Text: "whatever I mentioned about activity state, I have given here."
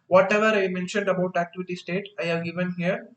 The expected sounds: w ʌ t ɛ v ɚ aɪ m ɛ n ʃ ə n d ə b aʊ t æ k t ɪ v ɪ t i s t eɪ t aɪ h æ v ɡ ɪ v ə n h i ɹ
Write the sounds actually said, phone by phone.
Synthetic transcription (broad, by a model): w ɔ t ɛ v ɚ aɪ m ɛ n ʃ ə n d ə b aʊ t æ k t ɪ v ɪ t i s t eɪ t aɪ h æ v ɡ ɪ v ə n h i ɹ